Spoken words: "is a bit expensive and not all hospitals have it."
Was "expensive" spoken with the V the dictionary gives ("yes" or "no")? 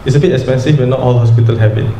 no